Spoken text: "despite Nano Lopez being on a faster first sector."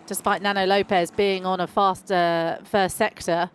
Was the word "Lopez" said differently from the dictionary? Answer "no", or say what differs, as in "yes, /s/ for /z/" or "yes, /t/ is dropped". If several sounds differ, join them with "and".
no